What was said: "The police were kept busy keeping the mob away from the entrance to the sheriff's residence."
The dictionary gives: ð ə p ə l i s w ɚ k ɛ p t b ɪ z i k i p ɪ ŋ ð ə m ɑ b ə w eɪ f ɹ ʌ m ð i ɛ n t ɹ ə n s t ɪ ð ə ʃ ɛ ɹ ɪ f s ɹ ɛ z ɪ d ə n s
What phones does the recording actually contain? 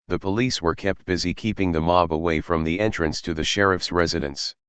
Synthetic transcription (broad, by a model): ð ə p ə l i s w ɚ k ɛ p t b ɪ z i k i p ɪ ŋ ð ə m ɑ b ə w eɪ f ɹ ʌ m ð i ɛ n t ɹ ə n s t ɪ ð ə ʃ ɛ ɹ ɪ f s ɹ ɛ z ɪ d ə n s